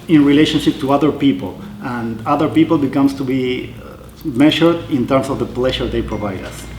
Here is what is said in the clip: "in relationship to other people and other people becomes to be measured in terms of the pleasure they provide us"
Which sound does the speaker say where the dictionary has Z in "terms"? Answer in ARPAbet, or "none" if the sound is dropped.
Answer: S